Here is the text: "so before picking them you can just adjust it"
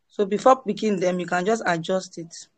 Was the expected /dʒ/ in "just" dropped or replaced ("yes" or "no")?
no